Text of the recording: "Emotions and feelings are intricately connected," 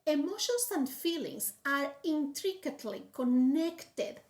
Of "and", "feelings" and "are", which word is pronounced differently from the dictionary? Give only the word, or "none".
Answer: feelings